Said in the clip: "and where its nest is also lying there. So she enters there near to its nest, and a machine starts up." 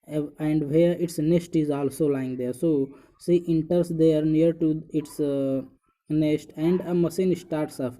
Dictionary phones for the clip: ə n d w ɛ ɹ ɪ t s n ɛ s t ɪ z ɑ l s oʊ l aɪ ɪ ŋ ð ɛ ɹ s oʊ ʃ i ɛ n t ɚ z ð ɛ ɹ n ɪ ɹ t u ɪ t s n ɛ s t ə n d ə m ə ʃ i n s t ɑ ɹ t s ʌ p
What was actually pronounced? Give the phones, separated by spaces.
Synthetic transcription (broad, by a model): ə n d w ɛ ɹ ɪ t s n ɛ s t ɪ z ɑ l s oʊ l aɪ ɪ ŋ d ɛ ɹ s oʊ s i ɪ n t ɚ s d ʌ ɹ n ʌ ɹ t u ɪ t s n ɛ s t ə n d ə m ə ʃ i n s t ɑ ɹ t s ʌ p